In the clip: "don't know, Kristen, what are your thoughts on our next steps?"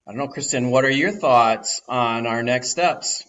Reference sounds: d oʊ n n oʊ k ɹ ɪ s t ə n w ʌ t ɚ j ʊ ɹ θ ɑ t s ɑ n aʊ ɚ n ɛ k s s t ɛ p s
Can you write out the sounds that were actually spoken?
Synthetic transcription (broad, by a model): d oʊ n n oʊ k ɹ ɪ s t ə n w ʌ t ɚ j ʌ ɹ θ ɑ t s n aʊ ɚ n ɛ k s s t ɛ p s